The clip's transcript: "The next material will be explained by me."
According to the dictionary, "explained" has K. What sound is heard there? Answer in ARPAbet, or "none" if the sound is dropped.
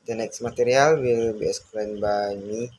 none